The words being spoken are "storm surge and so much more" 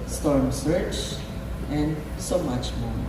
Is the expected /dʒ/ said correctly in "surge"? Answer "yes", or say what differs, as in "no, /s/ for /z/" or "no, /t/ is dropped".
no, /tʃ/ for /dʒ/